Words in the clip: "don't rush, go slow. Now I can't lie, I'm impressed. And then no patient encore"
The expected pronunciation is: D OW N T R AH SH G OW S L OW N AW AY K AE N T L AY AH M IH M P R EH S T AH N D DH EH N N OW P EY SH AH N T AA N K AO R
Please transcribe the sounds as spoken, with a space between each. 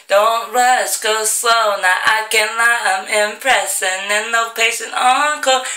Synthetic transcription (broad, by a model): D OW N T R AH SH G OW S OW N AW AY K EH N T L AY AH M IH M P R EH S AH N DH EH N N OW P EY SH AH N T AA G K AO